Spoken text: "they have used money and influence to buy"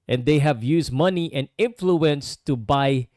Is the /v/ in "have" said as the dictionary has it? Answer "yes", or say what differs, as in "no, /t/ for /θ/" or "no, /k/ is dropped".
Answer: yes